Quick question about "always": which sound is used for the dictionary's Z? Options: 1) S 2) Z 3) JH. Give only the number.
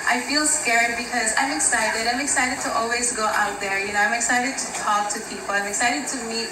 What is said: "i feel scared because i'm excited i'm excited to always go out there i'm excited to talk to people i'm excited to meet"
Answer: 2